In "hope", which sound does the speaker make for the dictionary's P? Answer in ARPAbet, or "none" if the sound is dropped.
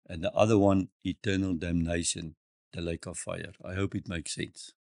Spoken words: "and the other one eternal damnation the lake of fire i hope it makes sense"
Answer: P